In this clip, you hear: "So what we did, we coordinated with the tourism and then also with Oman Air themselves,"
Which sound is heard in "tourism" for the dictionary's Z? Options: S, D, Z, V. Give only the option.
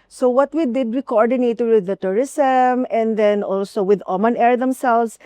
S